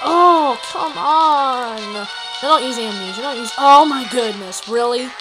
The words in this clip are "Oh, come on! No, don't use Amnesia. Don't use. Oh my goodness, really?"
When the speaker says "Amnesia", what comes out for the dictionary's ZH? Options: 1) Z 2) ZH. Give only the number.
1